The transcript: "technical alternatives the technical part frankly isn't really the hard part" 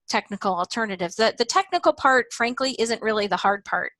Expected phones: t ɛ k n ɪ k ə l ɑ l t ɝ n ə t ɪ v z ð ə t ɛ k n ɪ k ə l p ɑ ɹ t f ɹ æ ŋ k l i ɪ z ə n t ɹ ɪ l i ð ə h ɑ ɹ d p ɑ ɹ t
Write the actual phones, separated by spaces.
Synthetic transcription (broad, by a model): t ɛ k n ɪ k l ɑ l t ɝ n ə t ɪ v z ð ə t ɛ k n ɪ k l p ɑ ɹ t f ɹ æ ŋ k l i ɪ z ə n t ɹ ɪ l i ð ə h ɑ ɹ d p ɑ ɹ t